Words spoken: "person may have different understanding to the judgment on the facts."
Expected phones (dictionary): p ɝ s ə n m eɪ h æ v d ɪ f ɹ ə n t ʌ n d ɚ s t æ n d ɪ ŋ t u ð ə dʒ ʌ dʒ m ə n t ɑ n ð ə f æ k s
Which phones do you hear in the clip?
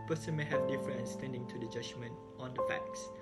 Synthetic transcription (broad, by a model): p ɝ s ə n m eɪ h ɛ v d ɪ f ə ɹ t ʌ n s t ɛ n d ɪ ŋ t u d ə dʒ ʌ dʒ m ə n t ɑ n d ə f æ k s